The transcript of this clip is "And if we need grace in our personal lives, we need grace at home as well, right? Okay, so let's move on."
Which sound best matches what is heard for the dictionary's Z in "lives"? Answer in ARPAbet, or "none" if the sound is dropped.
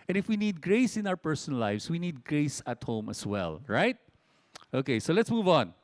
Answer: S